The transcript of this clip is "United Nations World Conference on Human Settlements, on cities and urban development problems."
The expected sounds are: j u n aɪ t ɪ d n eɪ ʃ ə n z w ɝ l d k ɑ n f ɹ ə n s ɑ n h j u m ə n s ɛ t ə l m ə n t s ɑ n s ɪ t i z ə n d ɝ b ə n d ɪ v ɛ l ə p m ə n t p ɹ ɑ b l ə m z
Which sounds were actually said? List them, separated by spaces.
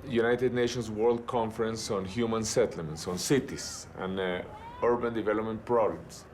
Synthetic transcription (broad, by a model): j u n aɪ t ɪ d n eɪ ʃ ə n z w ɝ l d k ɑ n f ɹ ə n s ɑ n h j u m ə n s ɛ t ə l m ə n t s ɑ n s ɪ t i s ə n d ɝ b ə n d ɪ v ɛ l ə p m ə n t p ɹ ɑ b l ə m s